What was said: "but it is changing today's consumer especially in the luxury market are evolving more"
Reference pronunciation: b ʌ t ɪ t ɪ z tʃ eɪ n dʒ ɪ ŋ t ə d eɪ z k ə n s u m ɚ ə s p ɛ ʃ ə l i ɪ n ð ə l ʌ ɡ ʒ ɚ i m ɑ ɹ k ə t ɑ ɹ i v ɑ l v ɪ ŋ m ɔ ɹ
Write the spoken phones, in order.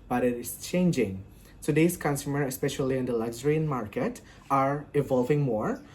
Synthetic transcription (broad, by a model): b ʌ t ɪ t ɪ s tʃ eɪ n dʒ ɪ ŋ s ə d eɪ s k ə n s u m ɚ ə s p ɛ ʃ ə l i ɪ n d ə l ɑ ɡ z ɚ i m ɑ ɹ k ə t ɑ ɹ i v ɑ l v ɪ ŋ m ɔ ɹ